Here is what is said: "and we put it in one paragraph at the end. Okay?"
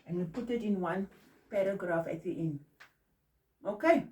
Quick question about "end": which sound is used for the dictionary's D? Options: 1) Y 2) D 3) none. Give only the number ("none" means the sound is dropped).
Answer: 3